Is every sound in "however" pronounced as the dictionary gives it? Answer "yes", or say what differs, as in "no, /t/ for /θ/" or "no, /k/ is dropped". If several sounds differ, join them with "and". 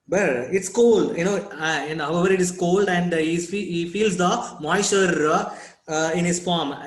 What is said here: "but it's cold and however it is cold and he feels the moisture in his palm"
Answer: yes